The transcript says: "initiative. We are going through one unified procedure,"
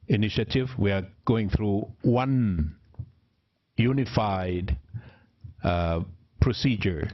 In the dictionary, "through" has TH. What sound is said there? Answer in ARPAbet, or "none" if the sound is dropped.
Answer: TH